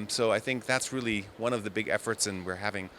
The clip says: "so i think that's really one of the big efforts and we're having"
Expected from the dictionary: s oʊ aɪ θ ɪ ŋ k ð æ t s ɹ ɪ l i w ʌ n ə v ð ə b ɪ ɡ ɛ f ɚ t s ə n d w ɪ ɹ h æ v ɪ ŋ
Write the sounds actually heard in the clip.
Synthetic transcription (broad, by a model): s oʊ aɪ θ ɪ ŋ k ð æ t s ɹ ɪ l i w ʌ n ə v ð ə b ɪ ɡ ɛ f ɚ t s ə n w ɪ ɹ h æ v ɪ ŋ